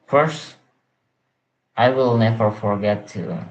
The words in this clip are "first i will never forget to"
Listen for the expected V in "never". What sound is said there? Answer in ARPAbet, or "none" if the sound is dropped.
V